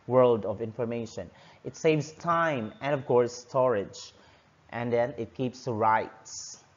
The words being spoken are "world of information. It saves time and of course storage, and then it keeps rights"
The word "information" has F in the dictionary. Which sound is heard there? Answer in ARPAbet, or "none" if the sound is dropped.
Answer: F